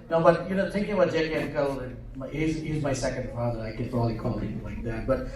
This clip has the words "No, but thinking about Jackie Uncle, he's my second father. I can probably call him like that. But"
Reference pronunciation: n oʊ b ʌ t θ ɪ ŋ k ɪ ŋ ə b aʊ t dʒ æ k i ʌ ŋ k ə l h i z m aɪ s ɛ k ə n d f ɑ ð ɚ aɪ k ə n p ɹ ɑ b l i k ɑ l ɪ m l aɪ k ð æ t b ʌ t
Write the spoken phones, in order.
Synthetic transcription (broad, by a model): n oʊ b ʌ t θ ɪ ŋ k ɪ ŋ ə b aʊ t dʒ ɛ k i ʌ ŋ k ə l h i z m aɪ s ɛ k ə n d f ɑ ð ɚ aɪ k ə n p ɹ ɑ l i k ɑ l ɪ l aɪ k ð æ t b ʌ t